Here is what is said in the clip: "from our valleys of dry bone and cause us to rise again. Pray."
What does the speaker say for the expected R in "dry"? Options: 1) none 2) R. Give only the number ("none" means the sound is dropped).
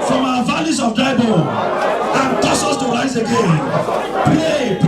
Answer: 1